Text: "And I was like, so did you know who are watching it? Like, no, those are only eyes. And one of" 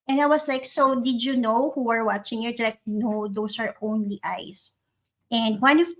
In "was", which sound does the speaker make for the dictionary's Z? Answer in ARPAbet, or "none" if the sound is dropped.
S